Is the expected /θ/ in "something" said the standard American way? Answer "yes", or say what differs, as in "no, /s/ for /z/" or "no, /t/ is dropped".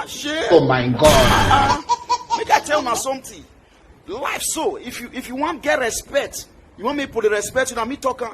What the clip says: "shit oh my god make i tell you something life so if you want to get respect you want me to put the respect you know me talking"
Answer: no, /t/ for /θ/